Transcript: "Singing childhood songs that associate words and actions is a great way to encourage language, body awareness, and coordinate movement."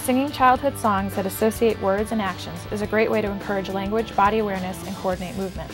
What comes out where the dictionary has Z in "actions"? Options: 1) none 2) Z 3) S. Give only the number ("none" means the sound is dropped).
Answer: 2